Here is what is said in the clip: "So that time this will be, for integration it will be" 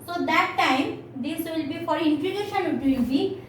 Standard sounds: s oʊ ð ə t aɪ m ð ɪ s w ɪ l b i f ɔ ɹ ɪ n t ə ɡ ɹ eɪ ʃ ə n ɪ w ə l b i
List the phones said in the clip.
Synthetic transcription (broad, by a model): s oʊ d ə t aɪ m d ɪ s w ɪ l b i f ɔ ɹ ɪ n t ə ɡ eɪ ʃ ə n ɪ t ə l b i